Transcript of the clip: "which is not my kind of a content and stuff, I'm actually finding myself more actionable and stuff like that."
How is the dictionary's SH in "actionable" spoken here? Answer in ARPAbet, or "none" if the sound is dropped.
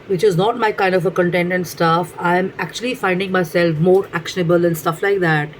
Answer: SH